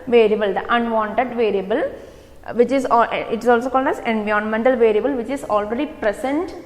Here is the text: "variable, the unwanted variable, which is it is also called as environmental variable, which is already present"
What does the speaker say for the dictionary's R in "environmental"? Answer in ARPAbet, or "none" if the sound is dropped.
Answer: none